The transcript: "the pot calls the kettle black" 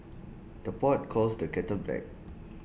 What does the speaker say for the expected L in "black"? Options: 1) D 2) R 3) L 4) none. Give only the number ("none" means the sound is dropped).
4